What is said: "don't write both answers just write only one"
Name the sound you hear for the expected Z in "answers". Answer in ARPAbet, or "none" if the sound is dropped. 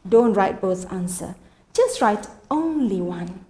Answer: none